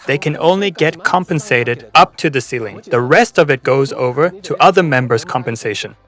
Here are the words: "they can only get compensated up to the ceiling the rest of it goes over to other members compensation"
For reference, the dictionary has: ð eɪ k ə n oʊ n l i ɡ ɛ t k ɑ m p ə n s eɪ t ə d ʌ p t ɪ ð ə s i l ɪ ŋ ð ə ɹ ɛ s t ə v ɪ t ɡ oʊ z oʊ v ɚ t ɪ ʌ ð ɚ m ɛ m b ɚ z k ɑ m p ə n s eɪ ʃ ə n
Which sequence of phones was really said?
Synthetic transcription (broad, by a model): ð eɪ k ə n oʊ n l i ɡ ɛ t k ɑ m p ə n s eɪ t ə d ʌ p t ɪ ð ə s i l ɪ ŋ ð ə ɹ ɛ s t ə v ɪ t ɡ oʊ z oʊ v ɚ t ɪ ʌ ð ɚ m ɛ m b ɚ z k ɑ m p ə n s eɪ ʃ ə n